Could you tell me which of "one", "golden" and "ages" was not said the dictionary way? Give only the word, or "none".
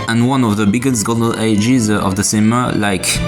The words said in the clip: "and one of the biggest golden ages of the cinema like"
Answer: golden